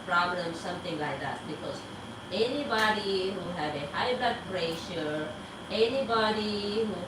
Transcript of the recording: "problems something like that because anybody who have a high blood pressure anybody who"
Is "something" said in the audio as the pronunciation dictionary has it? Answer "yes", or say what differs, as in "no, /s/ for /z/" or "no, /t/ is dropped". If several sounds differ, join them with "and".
no, /t/ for /θ/